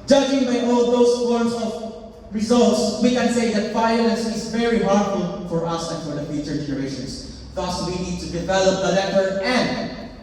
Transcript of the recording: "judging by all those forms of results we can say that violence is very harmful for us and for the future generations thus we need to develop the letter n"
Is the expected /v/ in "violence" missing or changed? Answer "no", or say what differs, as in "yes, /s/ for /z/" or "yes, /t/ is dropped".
yes, /f/ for /v/